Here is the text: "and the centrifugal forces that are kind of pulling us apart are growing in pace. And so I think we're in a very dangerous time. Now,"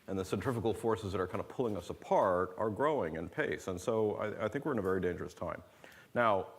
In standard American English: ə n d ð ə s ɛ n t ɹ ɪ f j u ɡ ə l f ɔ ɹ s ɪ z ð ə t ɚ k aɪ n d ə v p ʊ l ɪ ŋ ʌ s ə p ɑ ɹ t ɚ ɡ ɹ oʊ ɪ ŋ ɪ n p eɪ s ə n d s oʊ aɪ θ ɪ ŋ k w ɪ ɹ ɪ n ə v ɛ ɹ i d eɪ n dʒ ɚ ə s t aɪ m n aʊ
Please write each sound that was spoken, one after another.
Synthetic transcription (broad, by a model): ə n ð ə s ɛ n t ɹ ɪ f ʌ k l f ɔ ɹ s ɪ z ð ə t ɚ k aɪ n d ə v p ʊ l ɪ ŋ ʌ s ə p ɑ ɹ t ɚ ɡ ɹ oʊ ɪ ŋ ɪ n p eɪ s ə n s oʊ aɪ θ ɪ ŋ k w ɪ ɹ ɪ n ə v ɛ ɹ i d eɪ n dʒ ɚ ə s t aɪ m n aʊ